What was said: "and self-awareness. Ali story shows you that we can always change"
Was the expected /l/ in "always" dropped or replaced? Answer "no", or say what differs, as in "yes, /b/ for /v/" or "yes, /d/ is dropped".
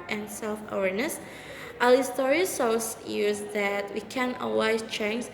yes, /l/ is dropped